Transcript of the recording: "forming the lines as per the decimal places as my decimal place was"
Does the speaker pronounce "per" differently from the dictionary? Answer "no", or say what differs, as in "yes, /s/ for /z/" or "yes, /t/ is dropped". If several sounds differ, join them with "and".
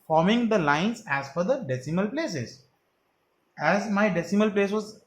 yes, /f/ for /p/